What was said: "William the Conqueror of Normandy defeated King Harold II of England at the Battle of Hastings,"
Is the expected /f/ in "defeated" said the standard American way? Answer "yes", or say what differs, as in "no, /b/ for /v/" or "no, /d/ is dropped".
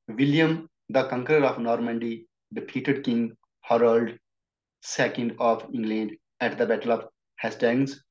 no, /p/ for /f/